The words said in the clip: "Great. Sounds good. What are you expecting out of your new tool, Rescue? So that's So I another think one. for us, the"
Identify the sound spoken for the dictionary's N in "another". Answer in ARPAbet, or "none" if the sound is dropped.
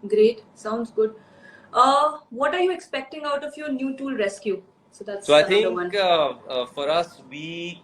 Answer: none